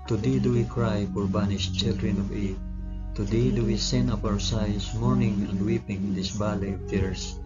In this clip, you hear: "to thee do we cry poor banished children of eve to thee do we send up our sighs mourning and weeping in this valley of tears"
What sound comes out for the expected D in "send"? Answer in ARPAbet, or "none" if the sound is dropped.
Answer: none